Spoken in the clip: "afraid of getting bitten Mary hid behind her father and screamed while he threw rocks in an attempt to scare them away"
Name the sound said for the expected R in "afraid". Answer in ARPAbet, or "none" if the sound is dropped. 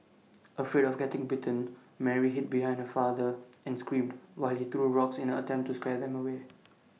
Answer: none